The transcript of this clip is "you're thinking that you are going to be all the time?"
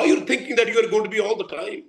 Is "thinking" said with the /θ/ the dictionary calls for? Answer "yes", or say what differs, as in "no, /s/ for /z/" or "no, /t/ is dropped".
no, /t/ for /θ/